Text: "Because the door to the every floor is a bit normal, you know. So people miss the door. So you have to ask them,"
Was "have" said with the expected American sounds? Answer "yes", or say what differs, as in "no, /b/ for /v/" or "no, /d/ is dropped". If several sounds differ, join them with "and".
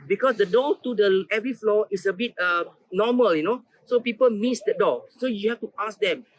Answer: no, /f/ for /v/